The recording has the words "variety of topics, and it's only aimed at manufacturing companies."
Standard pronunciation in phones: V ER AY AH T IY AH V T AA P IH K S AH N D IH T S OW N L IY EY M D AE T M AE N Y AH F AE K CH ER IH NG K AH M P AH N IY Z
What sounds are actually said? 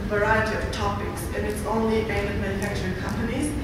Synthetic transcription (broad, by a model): V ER AY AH T IY AH V T AA P IH K S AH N IH T S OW N L IY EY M IH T M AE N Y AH F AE K CH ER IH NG K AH M P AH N IY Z